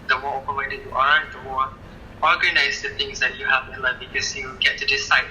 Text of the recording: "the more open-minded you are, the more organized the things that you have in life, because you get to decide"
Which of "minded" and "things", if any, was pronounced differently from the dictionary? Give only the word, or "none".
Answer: minded